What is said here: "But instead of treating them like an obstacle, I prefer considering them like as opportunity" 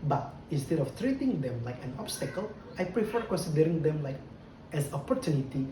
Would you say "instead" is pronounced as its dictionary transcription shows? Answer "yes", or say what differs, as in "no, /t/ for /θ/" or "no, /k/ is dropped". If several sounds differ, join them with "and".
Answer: yes